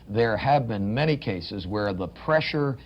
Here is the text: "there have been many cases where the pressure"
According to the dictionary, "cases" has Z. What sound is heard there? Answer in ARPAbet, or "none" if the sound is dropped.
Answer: Z